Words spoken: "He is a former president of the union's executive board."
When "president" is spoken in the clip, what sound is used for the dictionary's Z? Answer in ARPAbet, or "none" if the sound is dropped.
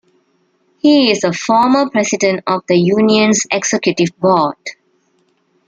S